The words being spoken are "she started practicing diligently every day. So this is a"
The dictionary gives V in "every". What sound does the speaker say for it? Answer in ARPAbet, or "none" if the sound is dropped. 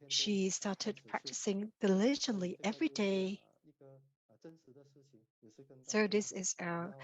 V